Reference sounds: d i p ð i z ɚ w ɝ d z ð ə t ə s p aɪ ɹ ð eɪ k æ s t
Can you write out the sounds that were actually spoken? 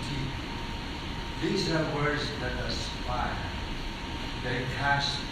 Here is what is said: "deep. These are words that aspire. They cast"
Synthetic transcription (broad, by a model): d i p ð i z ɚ w ɝ d z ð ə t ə s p aɪ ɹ ð eɪ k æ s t